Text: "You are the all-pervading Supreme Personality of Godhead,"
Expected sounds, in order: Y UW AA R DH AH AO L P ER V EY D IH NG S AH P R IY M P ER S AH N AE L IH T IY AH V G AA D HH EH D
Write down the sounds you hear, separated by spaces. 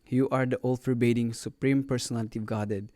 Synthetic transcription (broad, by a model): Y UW AA R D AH AO L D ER B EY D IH NG S AH P R IY M P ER S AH N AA L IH T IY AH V G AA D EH D